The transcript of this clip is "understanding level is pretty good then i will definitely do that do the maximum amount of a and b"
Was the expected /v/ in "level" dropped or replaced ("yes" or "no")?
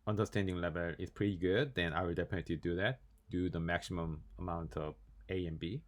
no